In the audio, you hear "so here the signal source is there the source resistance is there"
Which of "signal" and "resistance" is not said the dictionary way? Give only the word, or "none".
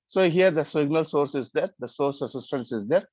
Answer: resistance